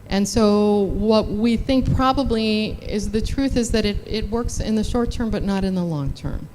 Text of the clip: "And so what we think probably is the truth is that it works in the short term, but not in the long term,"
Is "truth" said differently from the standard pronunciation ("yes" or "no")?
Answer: no